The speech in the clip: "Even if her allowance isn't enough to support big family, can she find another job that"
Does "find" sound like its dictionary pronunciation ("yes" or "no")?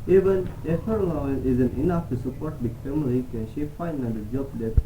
no